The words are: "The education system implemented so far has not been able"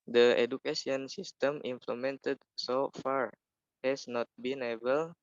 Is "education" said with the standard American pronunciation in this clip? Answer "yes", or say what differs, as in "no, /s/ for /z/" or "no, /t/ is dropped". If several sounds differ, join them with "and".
no, /s/ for /ʃ/